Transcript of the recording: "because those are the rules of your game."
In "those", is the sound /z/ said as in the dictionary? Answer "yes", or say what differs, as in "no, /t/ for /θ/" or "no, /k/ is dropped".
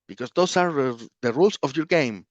no, /s/ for /z/